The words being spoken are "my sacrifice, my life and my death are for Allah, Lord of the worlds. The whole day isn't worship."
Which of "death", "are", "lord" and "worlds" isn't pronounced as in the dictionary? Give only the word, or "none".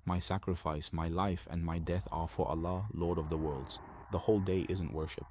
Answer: none